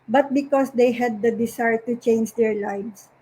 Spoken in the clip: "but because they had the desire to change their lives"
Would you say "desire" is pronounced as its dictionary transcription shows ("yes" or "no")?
no